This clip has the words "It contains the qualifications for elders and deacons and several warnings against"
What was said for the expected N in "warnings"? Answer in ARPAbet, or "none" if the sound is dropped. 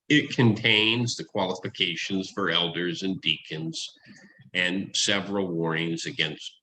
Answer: none